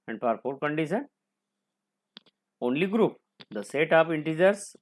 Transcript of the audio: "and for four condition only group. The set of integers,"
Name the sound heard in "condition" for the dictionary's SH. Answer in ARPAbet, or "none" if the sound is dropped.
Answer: S